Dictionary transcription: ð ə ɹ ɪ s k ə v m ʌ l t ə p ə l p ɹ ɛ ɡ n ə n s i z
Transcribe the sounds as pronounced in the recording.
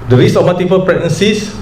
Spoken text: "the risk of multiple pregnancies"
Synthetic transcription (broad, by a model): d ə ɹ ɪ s ə f m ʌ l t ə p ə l p ɹ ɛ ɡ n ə n s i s